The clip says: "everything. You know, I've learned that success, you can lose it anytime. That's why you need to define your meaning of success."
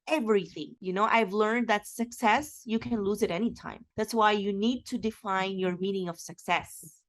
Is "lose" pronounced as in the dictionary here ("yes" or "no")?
yes